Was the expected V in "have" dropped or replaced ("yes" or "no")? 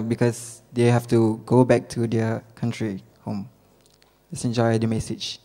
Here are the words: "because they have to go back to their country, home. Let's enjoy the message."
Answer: yes